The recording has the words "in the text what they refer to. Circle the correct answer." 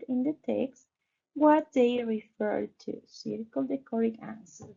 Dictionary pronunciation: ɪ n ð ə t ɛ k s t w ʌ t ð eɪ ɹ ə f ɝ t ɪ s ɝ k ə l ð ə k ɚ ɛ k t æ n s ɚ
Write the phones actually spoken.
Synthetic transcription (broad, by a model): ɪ n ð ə t ɛ k s t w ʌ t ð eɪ ɹ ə f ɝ t ɪ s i k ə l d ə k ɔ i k æ n s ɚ